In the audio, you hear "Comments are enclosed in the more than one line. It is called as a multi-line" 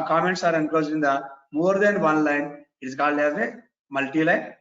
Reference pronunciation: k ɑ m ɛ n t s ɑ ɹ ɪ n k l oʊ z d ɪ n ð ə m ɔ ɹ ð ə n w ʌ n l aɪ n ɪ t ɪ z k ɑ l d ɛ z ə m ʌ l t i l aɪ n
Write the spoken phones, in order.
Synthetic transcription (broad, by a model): k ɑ m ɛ n t s ɑ ɹ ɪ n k oʊ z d ɪ n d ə m ɔ ɹ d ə n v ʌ n l aɪ n ɪ t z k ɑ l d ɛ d ə m ʌ l t i l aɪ n